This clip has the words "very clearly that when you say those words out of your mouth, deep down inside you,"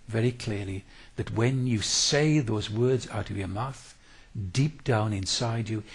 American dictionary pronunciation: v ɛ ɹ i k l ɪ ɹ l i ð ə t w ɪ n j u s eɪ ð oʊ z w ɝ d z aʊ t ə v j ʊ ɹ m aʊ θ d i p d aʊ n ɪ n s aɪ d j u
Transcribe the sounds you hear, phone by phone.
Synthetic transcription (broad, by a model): v ɛ ɹ i k l ɪ ɹ l i ð ə t w ɪ n j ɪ s eɪ ð oʊ z w ɝ d z aʊ t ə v j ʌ ɹ m aʊ θ d i p d aʊ n ɪ n s aɪ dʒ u